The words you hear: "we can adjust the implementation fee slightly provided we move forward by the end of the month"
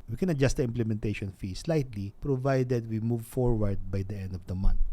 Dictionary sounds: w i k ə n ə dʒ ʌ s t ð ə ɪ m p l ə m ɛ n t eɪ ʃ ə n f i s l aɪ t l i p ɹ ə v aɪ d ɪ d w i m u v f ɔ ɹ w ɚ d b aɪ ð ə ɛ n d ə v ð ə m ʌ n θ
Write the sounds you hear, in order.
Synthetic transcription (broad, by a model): w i k ə n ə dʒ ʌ s t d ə ɪ m p l ə m ɛ n t eɪ ʃ ə n f i s l aɪ t l i p ɹ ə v aɪ d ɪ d w i m u v f ɔ ɹ w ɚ d b aɪ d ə ɛ n d ə v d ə m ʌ n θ